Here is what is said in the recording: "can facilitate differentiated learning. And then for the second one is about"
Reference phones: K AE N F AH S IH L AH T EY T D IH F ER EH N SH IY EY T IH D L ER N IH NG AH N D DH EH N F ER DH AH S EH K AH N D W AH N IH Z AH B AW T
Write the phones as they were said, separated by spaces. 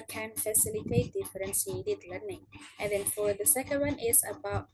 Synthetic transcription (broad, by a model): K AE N F AH S IH L AH T EY T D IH F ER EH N S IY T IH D L ER N IH NG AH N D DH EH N F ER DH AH S EH K AH N D W AH N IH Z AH B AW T